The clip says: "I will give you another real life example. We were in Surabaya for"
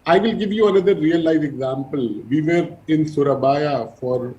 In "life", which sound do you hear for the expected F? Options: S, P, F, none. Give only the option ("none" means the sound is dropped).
none